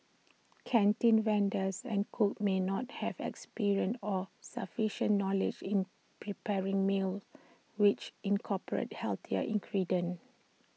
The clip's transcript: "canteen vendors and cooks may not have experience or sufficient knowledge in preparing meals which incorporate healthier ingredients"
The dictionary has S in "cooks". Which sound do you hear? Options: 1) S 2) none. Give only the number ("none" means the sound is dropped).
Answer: 2